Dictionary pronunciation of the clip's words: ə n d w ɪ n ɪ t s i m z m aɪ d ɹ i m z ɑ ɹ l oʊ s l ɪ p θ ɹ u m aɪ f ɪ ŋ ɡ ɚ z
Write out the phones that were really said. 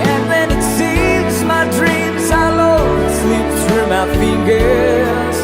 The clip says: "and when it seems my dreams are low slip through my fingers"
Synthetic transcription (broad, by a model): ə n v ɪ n ɪ t s i m z m aɪ d ɹ i m z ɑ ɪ l oʊ s l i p s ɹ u m aɪ f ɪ ŋ ɡ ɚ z